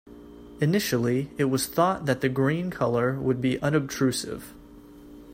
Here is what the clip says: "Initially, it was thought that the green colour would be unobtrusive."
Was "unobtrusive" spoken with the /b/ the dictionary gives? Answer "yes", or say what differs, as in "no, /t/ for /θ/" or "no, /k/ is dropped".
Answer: yes